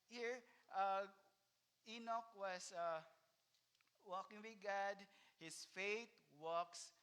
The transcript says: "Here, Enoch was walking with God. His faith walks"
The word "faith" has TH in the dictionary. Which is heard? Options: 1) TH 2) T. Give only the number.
2